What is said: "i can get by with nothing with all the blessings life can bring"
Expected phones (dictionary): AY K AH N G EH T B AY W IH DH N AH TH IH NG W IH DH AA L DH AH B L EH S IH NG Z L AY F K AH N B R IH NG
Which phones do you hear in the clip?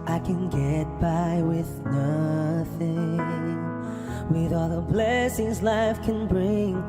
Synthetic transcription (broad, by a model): AY K AH N G EH T B AY W IH DH N AH TH IH NG W IH DH AA L DH AH B L EH S IH NG Z L AY F K AH N B R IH NG